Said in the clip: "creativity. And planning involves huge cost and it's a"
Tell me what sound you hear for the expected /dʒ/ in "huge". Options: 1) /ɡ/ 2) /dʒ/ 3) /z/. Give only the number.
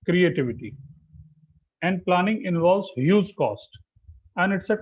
3